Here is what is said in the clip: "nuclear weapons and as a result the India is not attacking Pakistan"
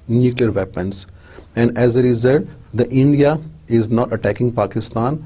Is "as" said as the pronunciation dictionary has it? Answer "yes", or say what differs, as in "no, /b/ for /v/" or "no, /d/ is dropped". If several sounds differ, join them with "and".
yes